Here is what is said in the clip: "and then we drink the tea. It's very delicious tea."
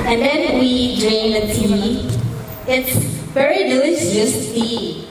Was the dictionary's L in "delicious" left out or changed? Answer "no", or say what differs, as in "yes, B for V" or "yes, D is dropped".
yes, L is dropped